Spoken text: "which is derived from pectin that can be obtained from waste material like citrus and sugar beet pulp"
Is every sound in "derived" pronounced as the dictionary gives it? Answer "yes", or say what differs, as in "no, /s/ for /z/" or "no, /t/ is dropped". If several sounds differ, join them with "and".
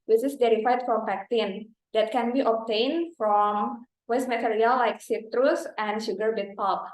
no, /v/ is dropped